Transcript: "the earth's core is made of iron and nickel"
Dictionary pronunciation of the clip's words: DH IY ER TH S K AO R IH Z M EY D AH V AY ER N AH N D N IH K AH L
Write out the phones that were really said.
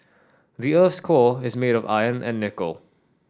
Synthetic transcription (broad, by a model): DH IY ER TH S K AO IH Z M EY D AH V AY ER N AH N N IH K AH L